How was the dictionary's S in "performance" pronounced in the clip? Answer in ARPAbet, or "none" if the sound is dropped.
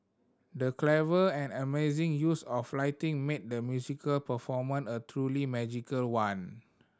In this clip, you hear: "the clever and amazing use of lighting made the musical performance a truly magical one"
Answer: none